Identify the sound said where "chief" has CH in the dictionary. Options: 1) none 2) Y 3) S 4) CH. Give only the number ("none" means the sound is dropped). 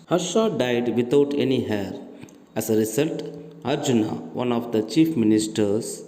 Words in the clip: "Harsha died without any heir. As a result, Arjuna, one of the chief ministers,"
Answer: 4